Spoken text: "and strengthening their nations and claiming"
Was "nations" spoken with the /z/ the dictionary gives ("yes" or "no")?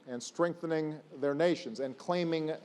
yes